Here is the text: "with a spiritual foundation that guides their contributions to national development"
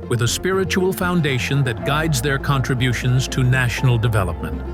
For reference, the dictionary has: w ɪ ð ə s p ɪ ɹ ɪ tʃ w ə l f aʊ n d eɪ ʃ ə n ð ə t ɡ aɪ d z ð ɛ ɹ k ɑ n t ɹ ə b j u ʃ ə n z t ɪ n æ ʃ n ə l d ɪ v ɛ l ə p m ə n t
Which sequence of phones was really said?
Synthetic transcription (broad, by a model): w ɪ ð ə s p ɪ ɹ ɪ tʃ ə l f aʊ n d eɪ ʃ ə n ð ə t ɡ aɪ d z ð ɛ ɹ k ɑ n t ɹ ə b j u ʃ ə n z t ɪ n æ ʃ n l d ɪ v ɛ l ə p m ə n t